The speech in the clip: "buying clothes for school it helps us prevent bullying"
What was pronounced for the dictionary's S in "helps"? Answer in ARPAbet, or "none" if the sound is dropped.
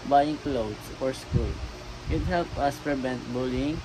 none